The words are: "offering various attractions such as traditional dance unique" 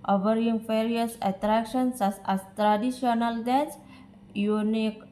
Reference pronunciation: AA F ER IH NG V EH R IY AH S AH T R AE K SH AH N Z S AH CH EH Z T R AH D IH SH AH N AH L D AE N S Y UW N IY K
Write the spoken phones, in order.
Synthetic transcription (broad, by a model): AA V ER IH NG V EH R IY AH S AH T R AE K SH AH N S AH S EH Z T R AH D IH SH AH N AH L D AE S Y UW N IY K